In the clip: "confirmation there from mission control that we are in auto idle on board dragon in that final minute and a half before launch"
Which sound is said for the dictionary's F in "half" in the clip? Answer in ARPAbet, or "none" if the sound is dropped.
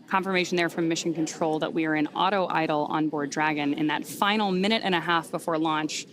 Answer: F